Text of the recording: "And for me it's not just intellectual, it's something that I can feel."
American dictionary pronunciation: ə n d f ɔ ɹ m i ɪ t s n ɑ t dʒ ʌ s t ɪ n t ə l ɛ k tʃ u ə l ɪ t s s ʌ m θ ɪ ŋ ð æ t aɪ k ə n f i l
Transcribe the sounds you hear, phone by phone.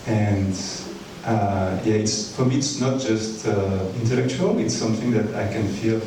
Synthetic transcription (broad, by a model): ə n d f ɔ ɹ m i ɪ t s n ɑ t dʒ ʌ s t ɪ n t ə l ɛ k tʃ u ə l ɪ t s s ʌ m θ ɪ ŋ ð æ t aɪ k ə n f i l